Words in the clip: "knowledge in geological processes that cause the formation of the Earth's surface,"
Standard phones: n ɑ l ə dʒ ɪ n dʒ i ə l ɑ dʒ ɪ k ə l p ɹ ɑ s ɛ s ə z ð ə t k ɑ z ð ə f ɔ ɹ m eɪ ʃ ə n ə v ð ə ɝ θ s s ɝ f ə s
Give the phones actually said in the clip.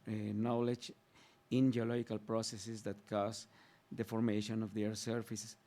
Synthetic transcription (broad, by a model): n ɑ l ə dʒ ɪ n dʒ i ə l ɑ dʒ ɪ k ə l p ɹ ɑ s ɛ s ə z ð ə t k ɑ s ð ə f ɔ ɹ m eɪ ʃ ə n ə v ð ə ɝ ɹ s s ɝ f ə s